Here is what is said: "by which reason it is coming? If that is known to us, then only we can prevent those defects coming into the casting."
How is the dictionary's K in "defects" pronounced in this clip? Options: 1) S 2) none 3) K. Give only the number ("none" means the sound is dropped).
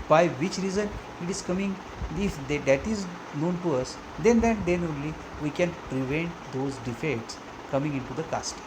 2